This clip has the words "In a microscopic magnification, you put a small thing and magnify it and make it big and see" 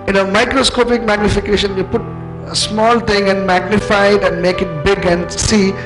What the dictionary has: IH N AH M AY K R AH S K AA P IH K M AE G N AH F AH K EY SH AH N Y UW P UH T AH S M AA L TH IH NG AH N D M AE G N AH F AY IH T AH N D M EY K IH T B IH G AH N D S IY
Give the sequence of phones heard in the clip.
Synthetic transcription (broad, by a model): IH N AH M AY K R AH S K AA P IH K M AE G N AH F AH K EY SH AH N Y UW P UH T AH S M AA L T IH NG AH N D M AE G N AH F AY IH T AH N D M EY K IH T B IH G AH N D S IY